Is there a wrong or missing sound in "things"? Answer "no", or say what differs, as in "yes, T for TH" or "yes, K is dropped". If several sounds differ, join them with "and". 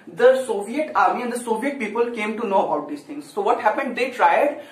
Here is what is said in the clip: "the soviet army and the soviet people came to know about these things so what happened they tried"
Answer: yes, T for TH